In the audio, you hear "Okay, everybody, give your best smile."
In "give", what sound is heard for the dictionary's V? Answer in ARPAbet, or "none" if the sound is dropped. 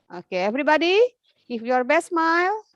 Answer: F